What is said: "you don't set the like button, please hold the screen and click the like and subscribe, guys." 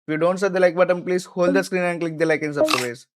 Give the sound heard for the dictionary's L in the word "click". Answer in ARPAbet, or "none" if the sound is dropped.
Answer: L